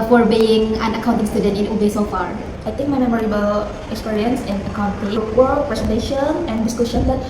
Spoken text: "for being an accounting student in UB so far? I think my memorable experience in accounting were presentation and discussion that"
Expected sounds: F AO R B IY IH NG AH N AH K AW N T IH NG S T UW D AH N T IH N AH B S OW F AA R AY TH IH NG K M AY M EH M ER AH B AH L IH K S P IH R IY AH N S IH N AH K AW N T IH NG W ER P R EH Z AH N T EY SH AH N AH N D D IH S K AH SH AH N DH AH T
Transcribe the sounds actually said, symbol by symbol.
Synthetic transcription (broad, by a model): F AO R B IY IH NG AH N AH K AW N T IH NG S T UW D AH N T IH N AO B S OW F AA R AY T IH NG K M AY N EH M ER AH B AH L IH K S P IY R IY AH N S IH N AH K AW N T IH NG W ER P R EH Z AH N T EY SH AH N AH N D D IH S K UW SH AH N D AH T